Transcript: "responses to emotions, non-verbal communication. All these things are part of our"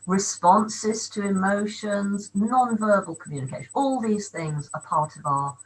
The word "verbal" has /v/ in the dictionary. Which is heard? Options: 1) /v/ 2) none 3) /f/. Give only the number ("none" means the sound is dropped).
1